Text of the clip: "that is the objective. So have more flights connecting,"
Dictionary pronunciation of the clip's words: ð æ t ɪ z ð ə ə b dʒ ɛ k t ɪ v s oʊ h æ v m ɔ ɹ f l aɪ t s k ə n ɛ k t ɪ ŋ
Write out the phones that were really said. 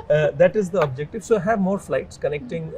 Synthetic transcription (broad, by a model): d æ t ɪ z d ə ə b dʒ ɛ k t ɪ v s oʊ h æ v m ɔ ɹ f l aɪ t s k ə n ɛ k t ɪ ŋ